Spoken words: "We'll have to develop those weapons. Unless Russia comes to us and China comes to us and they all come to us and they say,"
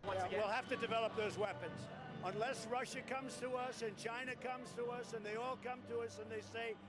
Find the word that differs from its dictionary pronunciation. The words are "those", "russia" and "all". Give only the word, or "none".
none